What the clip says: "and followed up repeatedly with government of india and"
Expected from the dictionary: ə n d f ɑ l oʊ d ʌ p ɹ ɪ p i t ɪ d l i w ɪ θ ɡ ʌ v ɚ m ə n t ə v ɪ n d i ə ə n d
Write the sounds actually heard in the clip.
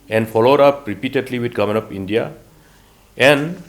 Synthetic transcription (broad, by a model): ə n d f ɑ l oʊ d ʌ p ɹ ɪ p i t ɪ d l i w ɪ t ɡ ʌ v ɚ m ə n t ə p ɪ n d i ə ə n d